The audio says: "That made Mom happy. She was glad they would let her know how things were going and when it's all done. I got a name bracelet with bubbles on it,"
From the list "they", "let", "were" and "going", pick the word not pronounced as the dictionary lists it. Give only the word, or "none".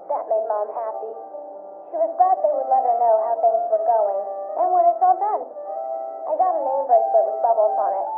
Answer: let